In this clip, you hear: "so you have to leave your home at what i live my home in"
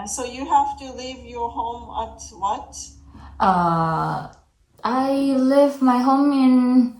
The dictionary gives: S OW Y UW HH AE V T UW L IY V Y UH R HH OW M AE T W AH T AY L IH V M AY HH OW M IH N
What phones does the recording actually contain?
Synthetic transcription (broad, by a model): S OW Y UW HH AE F T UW L IY V Y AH R HH OW M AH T W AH T AY L IH V M AY HH OW M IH N